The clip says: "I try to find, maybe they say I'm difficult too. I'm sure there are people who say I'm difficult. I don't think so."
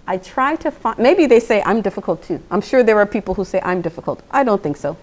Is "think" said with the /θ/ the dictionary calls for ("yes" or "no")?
yes